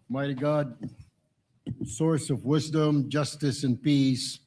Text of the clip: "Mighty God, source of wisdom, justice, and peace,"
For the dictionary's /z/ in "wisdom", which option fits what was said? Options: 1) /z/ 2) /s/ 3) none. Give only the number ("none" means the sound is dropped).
1